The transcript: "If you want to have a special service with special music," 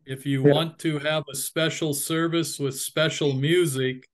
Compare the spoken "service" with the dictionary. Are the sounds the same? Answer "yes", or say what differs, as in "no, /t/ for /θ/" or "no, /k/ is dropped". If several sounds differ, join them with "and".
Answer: yes